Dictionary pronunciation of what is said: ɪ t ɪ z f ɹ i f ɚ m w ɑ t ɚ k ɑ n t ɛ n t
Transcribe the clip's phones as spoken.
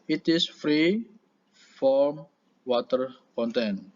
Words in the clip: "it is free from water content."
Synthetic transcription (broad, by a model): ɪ t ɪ s f ɹ i f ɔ m w ɑ t ɚ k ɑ n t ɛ n